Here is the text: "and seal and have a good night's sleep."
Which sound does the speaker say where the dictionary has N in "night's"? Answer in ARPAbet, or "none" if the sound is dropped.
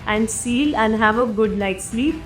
L